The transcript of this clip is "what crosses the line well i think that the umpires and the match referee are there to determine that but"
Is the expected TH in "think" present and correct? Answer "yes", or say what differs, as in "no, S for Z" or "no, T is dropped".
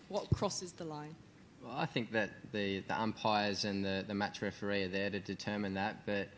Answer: yes